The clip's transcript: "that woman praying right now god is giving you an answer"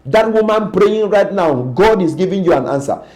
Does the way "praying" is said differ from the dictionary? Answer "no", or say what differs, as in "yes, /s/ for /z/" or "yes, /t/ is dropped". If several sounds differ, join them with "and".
no